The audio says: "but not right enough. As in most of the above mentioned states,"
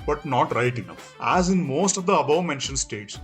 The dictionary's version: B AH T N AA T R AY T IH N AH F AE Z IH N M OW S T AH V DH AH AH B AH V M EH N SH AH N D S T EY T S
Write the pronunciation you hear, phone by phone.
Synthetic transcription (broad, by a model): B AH T N AA T R AY T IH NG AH P AE Z IH N M OW S T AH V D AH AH B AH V M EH N SH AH N S T EY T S